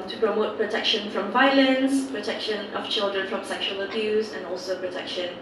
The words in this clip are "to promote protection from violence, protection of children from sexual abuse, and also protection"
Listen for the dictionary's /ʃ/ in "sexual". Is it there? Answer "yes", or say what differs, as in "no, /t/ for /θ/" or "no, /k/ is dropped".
yes